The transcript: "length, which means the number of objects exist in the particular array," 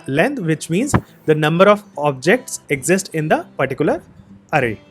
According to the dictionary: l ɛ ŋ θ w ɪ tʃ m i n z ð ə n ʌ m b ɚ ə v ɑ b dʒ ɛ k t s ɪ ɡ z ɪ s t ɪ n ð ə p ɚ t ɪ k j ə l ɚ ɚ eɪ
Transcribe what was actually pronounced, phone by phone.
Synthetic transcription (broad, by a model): l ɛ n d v ɪ tʃ m i n z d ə n ʌ m b ɚ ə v ɑ b dʒ ɛ k t s ɪ ɡ z ɪ s t ɪ n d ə p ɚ t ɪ k j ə l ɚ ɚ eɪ